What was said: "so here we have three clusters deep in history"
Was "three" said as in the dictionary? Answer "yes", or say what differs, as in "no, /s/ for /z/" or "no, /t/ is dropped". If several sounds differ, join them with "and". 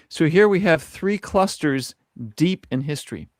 yes